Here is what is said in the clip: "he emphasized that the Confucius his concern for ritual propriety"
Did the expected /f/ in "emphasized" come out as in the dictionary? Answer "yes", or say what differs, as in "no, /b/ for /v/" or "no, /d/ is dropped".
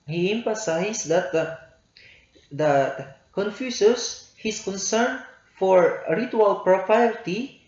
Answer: no, /p/ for /f/